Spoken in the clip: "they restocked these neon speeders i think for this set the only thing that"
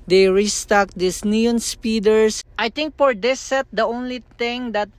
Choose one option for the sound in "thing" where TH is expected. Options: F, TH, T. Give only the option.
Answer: T